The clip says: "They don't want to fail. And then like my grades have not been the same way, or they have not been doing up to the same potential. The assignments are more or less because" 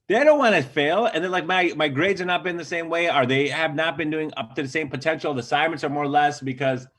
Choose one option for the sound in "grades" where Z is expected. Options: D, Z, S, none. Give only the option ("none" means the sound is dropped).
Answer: Z